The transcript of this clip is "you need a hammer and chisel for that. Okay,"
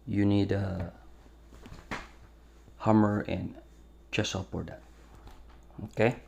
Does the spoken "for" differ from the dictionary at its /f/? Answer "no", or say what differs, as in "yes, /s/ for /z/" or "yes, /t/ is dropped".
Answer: yes, /p/ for /f/